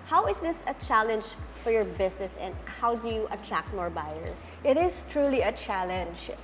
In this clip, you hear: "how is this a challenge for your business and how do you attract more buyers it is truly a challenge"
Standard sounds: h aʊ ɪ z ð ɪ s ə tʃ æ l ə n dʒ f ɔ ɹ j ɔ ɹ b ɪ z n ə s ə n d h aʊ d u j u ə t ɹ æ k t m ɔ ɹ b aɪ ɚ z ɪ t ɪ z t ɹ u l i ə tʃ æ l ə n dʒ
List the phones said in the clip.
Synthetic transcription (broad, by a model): h aʊ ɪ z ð ɪ s ə tʃ æ l ə n dʒ f ɔ ɹ j ɔ ɹ b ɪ s n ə s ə n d h aʊ d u j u ə t ɹ æ k t m ɔ ɹ b aɪ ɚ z ɪ t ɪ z t ɹ u l i ə tʃ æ l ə n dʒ